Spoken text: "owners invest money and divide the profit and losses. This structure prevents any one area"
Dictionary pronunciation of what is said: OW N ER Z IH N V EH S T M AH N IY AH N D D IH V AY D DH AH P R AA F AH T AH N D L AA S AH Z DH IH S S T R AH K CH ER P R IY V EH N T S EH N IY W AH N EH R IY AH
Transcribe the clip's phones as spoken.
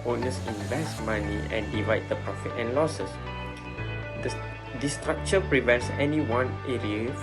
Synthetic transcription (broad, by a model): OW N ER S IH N V EH S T M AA N IY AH N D D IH V AY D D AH P R AA F AH T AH N L AA S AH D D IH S S T R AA K CH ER P R IY V EH N T S EH N IY W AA N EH R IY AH